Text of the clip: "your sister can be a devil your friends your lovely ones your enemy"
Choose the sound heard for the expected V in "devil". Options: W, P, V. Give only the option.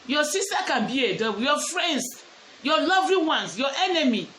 W